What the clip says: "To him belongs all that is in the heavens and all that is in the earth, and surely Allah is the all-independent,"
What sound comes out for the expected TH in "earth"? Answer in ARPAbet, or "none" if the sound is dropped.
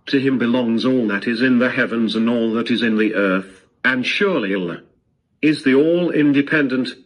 TH